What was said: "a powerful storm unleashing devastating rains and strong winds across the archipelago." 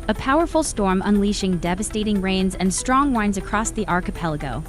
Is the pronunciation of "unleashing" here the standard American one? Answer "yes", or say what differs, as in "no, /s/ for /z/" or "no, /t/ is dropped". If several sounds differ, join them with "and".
yes